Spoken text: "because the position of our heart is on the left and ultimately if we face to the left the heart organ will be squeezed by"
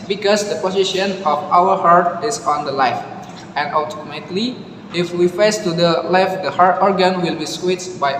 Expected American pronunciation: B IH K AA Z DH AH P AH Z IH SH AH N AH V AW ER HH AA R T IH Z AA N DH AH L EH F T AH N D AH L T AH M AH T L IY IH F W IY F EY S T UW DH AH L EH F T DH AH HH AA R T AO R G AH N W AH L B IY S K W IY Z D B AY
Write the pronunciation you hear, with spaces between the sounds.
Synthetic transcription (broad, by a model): B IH K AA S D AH P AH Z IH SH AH N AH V AW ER HH AA R T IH S AA N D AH L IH F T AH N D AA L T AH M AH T L IY IH F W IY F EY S T UW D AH L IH F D AH HH AA R T AO R G AH N W AH L B IY S W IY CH B AY